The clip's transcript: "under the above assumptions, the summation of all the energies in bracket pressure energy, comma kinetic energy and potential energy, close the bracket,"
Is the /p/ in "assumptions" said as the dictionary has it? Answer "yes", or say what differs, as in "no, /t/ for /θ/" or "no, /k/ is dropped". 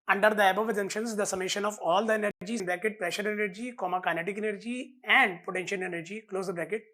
no, /p/ is dropped